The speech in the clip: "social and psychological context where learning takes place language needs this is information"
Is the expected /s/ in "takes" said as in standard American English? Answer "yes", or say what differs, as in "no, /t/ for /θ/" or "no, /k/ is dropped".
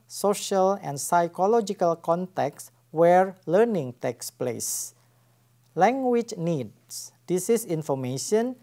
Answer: yes